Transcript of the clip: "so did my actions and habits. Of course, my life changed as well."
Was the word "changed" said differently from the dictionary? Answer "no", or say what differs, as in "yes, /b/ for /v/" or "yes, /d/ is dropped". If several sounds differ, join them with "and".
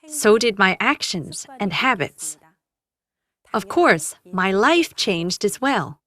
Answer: no